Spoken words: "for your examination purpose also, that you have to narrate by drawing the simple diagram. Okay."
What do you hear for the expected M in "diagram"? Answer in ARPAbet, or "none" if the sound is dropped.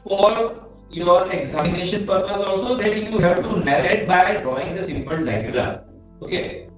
none